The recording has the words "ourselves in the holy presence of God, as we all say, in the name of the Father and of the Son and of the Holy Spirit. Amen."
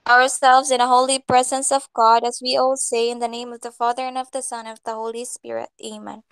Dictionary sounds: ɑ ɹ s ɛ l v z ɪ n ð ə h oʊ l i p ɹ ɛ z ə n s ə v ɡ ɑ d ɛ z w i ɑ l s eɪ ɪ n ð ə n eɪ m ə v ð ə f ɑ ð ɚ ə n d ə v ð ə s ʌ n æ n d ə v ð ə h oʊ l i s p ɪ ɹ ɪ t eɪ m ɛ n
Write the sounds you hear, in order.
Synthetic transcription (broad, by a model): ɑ ɹ s ɛ l v z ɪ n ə h oʊ l i p ɹ ɛ z ə n s ə v ɡ ɑ d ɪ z w i ɑ l s eɪ ɪ n ð ə n eɪ m ə v ð ə f ɑ ð ɚ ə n ə v ð ə s ʌ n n ə v ð ə h oʊ l i s p ɪ ɹ ɪ t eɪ m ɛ n